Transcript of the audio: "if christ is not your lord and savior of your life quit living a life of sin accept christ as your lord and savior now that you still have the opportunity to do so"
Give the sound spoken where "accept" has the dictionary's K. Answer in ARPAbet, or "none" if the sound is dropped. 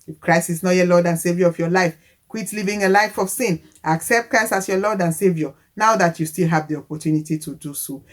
K